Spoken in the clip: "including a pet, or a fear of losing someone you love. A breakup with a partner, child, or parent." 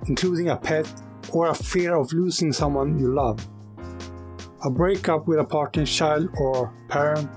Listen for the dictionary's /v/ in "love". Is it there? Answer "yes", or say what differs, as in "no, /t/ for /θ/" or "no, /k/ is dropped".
yes